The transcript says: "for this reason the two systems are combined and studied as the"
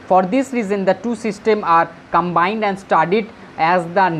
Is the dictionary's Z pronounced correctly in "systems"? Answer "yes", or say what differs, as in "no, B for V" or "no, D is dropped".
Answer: no, Z is dropped